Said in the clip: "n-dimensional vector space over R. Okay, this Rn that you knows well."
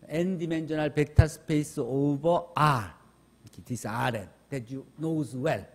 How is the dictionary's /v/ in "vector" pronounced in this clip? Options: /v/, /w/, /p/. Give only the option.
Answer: /p/